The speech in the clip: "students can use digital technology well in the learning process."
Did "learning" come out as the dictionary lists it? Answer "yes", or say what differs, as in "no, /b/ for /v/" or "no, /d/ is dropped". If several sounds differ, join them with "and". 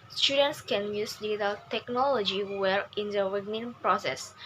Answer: no, /w/ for /l/